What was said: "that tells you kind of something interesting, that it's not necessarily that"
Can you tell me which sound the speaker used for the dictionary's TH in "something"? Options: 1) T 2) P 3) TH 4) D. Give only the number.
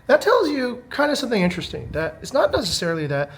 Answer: 3